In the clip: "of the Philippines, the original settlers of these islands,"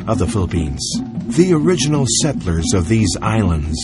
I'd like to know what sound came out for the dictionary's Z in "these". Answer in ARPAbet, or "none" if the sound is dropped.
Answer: Z